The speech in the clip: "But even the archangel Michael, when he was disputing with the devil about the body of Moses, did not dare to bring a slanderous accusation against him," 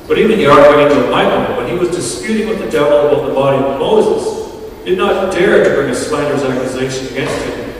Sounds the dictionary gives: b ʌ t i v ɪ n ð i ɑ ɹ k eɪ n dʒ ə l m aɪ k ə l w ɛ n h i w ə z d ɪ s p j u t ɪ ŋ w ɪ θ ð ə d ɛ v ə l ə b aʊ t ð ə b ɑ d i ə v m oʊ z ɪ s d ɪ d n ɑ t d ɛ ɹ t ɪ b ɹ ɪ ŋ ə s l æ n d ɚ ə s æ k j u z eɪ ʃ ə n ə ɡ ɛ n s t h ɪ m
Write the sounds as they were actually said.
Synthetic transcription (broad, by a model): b ʌ t i v ɪ n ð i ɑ ɹ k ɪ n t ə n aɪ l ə n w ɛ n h i w ə z d ɪ s p j u t ɪ ŋ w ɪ ð ə d ɛ v l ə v ð ə b ɑ d i ə v m oʊ z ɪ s d ɪ d n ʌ t d ɛ ɹ t ɪ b ɹ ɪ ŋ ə s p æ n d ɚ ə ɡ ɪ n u z eɪ ʃ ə n ə ɡ ɛ n s t h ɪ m